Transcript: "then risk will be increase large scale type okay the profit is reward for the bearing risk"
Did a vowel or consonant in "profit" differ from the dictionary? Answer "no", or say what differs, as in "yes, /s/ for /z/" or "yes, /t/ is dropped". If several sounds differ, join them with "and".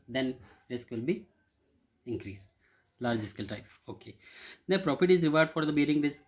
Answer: yes, /p/ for /f/